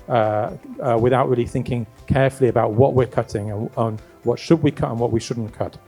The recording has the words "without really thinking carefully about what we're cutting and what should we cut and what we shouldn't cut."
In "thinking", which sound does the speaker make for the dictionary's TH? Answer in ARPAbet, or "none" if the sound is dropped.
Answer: TH